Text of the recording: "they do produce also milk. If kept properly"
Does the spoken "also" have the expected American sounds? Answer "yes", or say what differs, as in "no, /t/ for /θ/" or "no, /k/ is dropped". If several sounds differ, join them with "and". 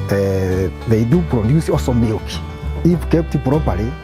no, /l/ is dropped